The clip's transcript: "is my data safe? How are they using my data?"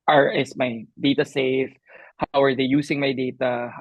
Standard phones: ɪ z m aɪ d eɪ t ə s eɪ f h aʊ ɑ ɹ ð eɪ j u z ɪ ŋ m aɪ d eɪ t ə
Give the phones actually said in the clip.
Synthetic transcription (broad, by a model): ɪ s m aɪ d eɪ t ə s eɪ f h aʊ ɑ ɹ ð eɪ j u s ɪ ŋ m aɪ d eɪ t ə